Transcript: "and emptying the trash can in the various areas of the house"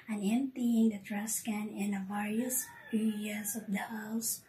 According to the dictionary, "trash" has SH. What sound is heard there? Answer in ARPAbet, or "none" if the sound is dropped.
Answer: S